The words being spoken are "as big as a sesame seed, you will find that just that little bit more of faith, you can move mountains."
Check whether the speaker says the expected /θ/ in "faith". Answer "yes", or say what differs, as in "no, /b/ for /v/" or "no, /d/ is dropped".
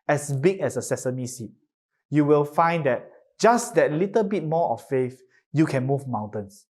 no, /f/ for /θ/